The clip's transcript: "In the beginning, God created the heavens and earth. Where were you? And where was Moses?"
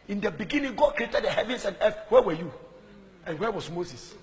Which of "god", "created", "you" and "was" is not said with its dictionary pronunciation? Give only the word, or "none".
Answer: was